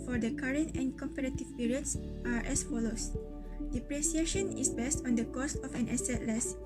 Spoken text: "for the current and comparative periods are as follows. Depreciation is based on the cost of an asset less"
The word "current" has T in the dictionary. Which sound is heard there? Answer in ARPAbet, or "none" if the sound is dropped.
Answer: T